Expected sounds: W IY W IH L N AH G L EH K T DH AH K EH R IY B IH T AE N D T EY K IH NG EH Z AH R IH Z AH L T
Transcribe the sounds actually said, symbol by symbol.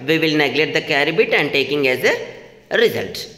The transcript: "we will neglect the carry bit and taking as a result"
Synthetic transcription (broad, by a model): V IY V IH L N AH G L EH T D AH K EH R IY B IH T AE N D T EY K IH NG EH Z AH R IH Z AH L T